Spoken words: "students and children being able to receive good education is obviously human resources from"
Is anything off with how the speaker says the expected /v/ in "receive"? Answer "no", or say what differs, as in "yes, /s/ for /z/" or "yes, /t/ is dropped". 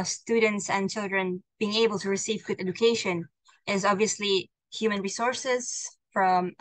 no